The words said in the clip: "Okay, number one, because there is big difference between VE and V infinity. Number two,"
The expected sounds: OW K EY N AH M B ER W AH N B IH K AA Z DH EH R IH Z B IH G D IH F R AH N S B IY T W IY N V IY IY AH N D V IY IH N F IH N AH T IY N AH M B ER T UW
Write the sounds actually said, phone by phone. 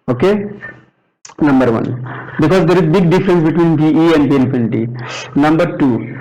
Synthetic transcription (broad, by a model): OW K EY N AH M B ER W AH N B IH K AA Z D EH R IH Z B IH G D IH F R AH N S B IY T W IY N P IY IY AH N D P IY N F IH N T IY N AH M B ER T UW